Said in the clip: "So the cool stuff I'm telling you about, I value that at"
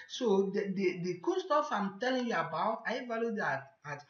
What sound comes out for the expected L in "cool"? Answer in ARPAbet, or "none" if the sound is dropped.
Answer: N